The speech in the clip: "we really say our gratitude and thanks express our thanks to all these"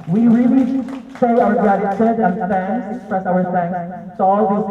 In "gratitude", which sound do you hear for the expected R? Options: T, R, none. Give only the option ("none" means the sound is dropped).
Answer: none